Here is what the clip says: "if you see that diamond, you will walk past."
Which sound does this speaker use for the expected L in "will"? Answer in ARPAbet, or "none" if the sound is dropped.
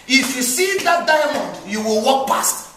L